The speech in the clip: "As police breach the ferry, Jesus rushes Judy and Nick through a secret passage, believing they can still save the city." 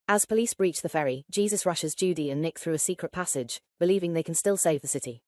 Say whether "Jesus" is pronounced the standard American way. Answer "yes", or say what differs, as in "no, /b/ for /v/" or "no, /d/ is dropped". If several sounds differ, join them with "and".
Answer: yes